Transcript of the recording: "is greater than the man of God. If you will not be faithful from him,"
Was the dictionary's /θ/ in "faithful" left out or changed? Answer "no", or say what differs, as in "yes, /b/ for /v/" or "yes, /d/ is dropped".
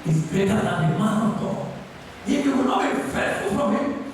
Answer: yes, /t/ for /θ/